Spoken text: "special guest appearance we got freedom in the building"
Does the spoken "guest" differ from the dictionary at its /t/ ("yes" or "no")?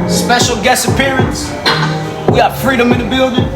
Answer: yes